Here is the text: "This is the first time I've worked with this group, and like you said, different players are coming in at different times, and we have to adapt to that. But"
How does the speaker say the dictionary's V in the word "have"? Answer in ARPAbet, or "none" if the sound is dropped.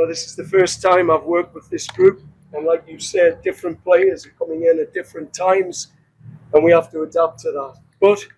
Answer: F